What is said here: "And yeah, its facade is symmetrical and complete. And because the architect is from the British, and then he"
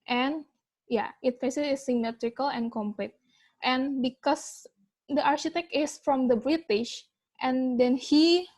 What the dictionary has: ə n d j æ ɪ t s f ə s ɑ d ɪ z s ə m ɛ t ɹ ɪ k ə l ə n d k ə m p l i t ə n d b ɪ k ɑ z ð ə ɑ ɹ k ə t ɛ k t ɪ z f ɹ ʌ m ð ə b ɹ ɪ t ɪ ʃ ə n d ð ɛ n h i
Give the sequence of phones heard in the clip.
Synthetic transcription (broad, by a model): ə n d j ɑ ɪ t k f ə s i ɪ s ə m ɛ t ɹ ɪ k ə l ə n k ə m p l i t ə n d b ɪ k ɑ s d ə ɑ ɹ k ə t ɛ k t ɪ s f ɹ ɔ m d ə b ɹ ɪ t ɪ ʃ ə n d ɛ n h i